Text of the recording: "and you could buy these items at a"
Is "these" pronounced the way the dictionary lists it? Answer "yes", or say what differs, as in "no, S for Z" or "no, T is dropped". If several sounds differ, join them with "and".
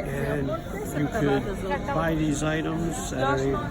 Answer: yes